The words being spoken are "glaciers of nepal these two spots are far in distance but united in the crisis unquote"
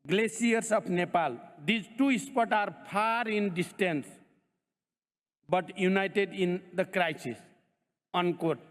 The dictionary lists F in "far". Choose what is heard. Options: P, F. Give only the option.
P